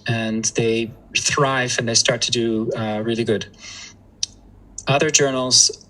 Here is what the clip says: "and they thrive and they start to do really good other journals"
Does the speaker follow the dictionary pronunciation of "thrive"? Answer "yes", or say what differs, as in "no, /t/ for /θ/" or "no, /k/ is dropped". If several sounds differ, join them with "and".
yes